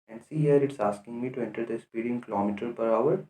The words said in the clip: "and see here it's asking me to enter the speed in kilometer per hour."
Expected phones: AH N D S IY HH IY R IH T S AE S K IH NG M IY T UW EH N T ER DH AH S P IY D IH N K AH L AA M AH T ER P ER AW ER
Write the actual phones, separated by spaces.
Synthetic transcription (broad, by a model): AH N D S IY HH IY R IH T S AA S K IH NG M IY T UW EH N T ER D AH S P IY D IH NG K AH L AA M AH T ER P ER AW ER